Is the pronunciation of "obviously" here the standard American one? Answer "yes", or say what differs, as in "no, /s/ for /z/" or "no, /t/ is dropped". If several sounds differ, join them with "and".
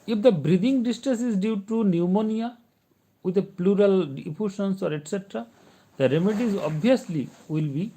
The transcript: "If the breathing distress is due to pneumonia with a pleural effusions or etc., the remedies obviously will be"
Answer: no, /v/ is dropped